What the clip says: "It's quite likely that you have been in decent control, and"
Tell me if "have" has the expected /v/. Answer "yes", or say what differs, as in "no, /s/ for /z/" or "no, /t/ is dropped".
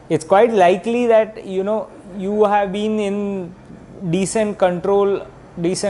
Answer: yes